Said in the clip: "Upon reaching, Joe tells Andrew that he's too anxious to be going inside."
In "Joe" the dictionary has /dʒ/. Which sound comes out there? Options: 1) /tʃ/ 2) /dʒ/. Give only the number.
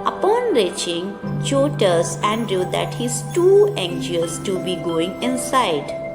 1